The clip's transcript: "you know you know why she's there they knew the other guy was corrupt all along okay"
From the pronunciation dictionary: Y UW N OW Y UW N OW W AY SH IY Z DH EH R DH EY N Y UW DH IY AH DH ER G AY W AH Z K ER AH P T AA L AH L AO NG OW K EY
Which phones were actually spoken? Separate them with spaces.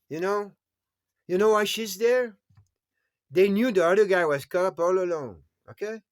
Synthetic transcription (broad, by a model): Y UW N OW Y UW N OW W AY SH IY Z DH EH R DH EY N Y UW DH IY AH DH ER G AY W AH Z K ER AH P AA L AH L AO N OW K EY